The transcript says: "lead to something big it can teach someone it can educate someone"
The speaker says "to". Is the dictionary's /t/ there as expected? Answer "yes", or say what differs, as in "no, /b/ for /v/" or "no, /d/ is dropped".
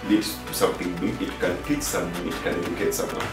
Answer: no, /s/ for /t/